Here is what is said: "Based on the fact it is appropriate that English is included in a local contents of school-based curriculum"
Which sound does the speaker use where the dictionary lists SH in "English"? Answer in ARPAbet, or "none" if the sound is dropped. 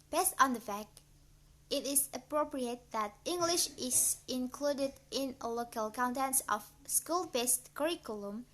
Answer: SH